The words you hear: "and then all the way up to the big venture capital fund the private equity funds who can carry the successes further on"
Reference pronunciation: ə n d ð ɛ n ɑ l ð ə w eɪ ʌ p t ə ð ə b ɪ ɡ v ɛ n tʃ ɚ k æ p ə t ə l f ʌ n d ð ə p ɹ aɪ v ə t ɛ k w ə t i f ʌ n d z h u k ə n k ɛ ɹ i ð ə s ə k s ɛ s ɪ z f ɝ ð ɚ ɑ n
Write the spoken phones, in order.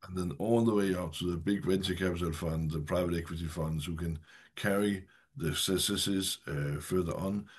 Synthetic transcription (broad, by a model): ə n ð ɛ n ɑ l ð ə w eɪ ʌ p t ə ð ə b ɪ ɡ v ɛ n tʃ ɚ k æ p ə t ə l f ʌ n d ð ə p ɹ aɪ v ə t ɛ k w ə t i f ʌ n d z h u k ə n k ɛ ɹ i ð ə s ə s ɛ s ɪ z f ɝ ð ɚ n